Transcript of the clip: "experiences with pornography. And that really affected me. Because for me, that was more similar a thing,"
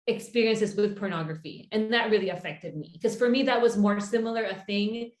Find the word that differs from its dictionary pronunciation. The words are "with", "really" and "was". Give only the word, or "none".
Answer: none